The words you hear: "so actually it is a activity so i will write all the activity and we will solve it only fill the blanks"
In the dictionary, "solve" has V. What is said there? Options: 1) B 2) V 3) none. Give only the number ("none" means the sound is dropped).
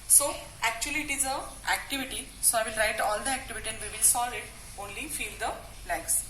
3